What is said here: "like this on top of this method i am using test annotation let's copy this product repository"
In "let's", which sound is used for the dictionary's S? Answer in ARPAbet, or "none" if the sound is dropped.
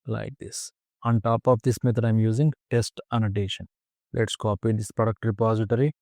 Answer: S